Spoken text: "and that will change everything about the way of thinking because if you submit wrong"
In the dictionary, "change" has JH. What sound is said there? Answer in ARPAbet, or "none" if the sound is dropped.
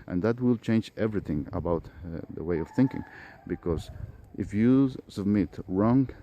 JH